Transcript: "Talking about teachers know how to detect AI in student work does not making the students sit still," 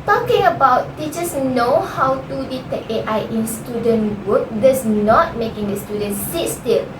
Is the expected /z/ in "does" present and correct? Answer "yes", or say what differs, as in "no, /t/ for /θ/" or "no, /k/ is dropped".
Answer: no, /s/ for /z/